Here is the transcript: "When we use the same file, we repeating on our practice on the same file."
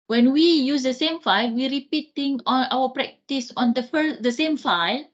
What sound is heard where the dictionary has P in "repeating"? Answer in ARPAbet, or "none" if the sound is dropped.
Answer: P